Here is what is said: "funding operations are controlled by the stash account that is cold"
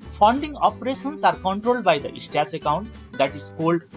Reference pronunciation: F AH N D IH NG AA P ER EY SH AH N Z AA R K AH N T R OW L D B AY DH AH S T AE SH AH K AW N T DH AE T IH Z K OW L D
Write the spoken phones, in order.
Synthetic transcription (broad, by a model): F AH N D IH NG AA P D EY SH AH N S AA R K AH N T R OW L D B AY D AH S T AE S AH K AW N T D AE T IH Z K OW L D